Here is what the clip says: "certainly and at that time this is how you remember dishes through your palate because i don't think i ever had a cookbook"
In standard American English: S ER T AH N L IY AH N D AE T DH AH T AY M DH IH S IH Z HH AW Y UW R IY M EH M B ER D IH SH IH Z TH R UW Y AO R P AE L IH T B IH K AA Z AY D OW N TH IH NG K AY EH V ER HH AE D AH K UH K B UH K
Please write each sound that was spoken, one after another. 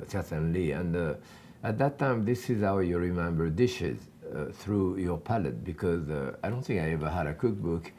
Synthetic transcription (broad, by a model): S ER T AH N L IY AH N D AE T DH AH T AY M DH IH S IH Z HH AW Y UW R IY M EH M B ER D IH SH IH Z TH R UW Y AO R P AE L IH T B IH K AA Z AY D OW N TH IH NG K AY EH V ER HH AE D AH K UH K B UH K